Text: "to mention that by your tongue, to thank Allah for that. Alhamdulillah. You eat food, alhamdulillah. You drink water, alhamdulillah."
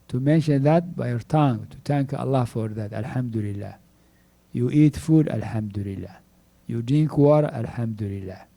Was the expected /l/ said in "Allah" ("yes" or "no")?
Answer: yes